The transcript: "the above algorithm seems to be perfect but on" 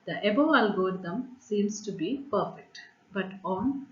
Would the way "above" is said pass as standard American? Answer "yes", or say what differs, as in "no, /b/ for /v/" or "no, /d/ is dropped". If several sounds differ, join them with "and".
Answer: no, /v/ is dropped